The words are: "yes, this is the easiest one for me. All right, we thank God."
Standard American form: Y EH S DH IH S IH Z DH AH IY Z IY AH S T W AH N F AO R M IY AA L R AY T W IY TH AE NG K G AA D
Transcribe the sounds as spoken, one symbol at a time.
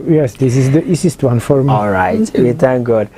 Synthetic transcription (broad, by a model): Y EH S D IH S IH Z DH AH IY S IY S T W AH N F AO R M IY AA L R AY T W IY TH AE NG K G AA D